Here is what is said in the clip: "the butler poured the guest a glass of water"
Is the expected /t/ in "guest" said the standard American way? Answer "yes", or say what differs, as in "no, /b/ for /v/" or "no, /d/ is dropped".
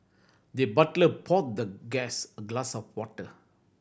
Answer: no, /t/ is dropped